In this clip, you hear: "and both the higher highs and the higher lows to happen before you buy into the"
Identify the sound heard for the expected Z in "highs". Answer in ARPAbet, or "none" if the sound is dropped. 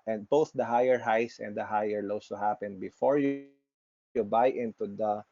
S